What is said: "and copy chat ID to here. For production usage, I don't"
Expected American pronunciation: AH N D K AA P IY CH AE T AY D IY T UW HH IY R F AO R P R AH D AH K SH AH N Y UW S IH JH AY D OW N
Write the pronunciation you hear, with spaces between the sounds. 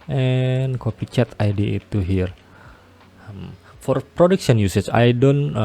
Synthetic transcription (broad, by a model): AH N K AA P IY CH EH T AY D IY T UW HH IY R F AO R P R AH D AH K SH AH N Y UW S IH CH AY D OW N